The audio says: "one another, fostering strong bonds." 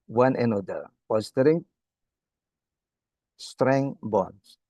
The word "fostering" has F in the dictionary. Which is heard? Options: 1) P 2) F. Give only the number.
1